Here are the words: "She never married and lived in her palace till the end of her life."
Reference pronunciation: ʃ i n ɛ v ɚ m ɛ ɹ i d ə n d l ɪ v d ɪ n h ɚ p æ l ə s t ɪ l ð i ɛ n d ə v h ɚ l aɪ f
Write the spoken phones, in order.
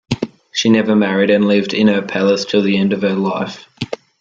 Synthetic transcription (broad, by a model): ʃ i n ɛ v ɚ m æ ɹ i d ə n l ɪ v d ɪ n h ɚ p æ l ə s t ɪ l ð i ɛ n d ə v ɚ l aɪ f